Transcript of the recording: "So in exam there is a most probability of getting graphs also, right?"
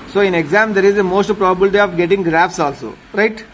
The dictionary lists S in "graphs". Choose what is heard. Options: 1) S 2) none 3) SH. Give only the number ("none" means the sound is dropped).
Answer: 1